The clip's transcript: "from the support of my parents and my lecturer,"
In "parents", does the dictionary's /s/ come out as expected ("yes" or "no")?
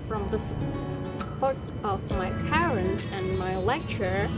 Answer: no